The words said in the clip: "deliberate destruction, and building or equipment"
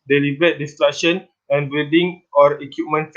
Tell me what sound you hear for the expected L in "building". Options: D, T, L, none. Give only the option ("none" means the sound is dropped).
none